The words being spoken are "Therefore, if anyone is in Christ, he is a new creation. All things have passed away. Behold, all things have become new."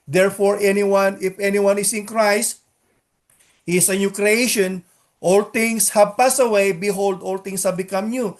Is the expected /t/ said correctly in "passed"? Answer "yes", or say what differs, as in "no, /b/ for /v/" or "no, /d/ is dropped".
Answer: no, /t/ is dropped